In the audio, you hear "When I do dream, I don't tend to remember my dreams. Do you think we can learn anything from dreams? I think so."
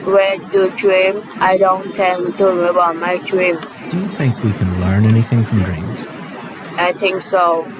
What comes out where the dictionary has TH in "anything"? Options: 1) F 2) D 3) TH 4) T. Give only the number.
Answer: 3